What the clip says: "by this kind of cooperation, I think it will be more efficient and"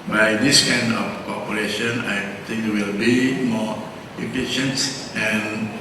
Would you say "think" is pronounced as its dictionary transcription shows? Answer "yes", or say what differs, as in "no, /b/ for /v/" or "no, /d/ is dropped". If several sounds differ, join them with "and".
no, /t/ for /θ/